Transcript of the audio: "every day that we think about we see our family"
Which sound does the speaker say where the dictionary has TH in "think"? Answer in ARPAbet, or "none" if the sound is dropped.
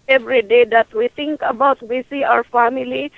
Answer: T